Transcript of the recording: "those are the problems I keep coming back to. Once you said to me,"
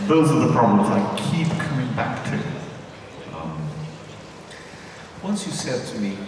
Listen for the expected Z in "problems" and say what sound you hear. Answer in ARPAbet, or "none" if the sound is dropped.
Z